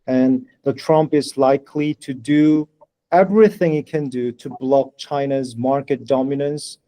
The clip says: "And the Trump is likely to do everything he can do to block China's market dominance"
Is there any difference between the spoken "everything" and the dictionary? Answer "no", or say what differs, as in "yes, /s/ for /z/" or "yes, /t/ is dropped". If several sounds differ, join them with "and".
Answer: no